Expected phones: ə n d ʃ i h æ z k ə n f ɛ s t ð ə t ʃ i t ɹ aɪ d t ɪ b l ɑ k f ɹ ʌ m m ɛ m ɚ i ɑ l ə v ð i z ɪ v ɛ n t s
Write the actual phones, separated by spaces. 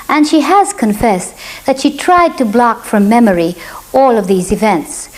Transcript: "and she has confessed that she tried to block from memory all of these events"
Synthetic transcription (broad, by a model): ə n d ʃ i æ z k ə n f ɛ s ð ə t ʃ i t ɹ aɪ d t ɪ b l ɑ k f ɹ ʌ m m ɛ m ɚ i ɑ l ə v ð i z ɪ v ɛ n t s